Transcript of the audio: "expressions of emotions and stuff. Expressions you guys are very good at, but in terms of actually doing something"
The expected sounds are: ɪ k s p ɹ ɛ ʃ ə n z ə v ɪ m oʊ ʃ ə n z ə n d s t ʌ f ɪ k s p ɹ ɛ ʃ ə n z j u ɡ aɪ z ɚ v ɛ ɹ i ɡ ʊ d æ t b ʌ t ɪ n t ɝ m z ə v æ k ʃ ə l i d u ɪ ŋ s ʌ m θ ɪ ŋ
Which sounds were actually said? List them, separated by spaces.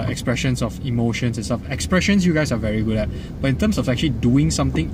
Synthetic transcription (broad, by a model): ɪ k s p ɹ ɛ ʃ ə n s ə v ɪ m oʊ ʃ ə n s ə n s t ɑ f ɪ k s p ɹ ɛ ʃ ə n s j u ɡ aɪ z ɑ v ɛ ɹ i ɡ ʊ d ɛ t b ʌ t ɪ n t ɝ m s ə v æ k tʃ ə l i d u ɪ ŋ s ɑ m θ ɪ ŋ